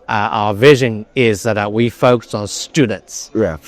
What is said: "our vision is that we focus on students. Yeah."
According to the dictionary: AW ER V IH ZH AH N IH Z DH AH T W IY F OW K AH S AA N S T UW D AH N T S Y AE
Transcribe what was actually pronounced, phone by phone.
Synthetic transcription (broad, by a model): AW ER V IH ZH AH N IH Z DH AH T W IY F OW K AH S N S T UW D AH N T S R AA